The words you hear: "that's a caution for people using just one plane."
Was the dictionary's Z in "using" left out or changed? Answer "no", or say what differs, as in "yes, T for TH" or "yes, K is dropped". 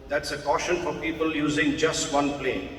no